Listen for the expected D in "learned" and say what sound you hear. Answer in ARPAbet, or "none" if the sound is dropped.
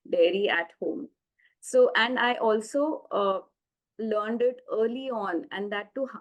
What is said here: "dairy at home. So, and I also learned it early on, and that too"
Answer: D